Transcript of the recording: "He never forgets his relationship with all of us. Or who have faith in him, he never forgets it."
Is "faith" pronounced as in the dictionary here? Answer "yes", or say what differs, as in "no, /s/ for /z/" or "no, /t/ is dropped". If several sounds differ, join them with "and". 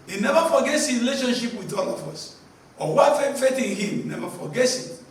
no, /f/ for /θ/